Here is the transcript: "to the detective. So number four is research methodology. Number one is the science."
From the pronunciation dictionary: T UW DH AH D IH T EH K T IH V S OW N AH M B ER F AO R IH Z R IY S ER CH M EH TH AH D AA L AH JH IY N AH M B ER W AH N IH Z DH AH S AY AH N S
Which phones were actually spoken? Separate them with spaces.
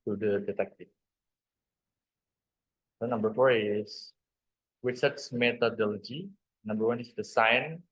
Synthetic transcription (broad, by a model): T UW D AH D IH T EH K T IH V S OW N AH M B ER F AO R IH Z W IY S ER S M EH T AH D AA L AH JH IY N AH M B ER W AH N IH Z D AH S AY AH N